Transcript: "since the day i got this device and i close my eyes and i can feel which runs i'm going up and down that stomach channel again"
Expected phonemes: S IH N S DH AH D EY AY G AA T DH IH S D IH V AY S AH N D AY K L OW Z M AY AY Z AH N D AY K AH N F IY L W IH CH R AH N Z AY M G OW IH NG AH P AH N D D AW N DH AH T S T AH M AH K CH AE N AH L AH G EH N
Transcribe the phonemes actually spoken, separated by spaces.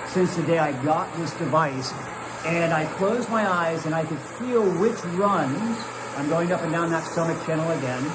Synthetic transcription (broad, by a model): S IH N S DH AH D EY AY G AA T DH IH S D IH V AY S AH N AY K L OW Z M AY AY Z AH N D AY K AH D F IY L W IH CH R AH N Z AY M G OW IH NG AH P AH N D D AW N DH AH T S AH M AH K CH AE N L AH G EH N